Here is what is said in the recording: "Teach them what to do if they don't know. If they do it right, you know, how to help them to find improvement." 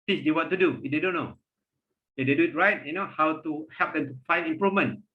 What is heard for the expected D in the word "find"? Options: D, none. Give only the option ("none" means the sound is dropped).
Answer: none